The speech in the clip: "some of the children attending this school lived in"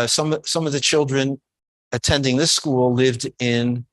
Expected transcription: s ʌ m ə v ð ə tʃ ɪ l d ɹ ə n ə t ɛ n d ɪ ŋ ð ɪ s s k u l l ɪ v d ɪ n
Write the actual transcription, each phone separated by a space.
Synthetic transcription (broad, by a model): s ʌ m ə v ð ə tʃ ɪ l d ɹ ə n ə t ɛ n d ɪ ŋ ð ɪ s s k u l l ɪ v d ɪ n